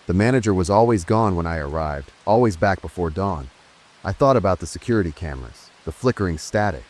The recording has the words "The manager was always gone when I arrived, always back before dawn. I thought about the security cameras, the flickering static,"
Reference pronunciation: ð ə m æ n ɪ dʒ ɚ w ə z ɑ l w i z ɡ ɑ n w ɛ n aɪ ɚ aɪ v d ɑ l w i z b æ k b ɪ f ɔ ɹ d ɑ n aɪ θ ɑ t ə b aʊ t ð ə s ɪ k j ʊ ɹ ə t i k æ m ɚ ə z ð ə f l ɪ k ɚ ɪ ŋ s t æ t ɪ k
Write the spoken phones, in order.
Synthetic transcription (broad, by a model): ð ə m æ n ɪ dʒ ɚ w ə z ɑ l w i z ɡ ɑ n w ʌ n aɪ ɚ aɪ v d ɑ l w i z b æ k b ɪ f ɔ ɹ d ɑ n aɪ θ ɑ t ə b aʊ t ð ə s ɪ k j ʊ ɹ ə t i k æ m ɚ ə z ð ə f l ɪ k ɚ ɪ ŋ s t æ t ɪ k